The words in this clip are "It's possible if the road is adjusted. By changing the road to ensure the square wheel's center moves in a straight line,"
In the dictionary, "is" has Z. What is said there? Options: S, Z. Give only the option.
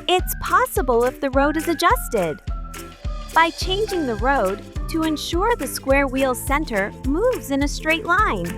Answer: Z